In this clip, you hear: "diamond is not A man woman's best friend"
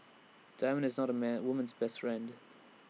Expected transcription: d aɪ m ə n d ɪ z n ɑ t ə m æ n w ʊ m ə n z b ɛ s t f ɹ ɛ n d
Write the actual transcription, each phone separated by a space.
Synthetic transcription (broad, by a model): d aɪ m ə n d ɪ z n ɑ t ə m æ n w ʊ m ə n z b ɛ s t f ɹ ɛ n d